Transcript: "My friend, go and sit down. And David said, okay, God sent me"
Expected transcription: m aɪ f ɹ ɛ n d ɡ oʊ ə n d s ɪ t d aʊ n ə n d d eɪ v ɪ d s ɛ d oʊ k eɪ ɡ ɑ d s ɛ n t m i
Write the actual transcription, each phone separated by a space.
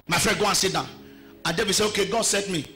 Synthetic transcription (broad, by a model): m aɪ f ɹ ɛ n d ɡ oʊ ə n s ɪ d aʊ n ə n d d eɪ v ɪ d s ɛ oʊ k eɪ ɡ ɑ d s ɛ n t m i